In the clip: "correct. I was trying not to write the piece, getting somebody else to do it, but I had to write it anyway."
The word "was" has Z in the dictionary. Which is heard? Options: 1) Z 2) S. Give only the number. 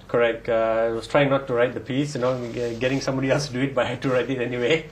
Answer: 2